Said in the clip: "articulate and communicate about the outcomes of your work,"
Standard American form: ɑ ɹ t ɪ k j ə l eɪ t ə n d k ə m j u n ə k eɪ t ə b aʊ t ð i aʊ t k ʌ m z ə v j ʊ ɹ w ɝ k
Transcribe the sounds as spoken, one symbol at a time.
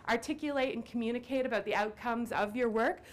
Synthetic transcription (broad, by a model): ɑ ɹ t ɪ k j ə l eɪ t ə n k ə m j u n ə k eɪ t ə b aʊ t ð i aʊ t k ʌ m z ə v j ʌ ɹ w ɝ k